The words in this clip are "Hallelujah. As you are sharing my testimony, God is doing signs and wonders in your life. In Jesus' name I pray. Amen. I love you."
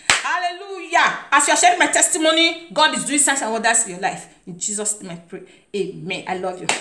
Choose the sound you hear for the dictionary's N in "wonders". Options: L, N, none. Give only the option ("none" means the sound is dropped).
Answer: none